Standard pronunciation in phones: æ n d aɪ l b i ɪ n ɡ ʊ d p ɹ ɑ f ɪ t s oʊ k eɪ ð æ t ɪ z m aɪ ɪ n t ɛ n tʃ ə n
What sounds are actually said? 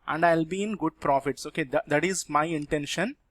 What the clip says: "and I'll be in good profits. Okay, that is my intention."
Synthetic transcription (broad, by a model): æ n d aɪ l b i ɪ n ɡ ʊ d p ɹ ɑ f ɪ t s oʊ k eɪ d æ t ɪ z m aɪ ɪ n t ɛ n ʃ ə n